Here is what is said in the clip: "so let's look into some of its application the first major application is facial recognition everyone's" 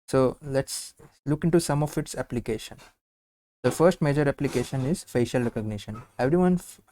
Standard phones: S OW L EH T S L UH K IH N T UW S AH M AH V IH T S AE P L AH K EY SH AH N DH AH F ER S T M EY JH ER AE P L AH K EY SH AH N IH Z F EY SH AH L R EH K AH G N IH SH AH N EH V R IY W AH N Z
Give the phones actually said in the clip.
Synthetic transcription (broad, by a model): S OW L EH T S L UH K IH N T UW S AH M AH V IH T S AE P L AH K EY SH AH N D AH F ER S T M EY JH ER AE P L AH K EY SH AH N IH Z F EY SH AH L R EH K AH G N IH SH AH N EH V R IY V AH N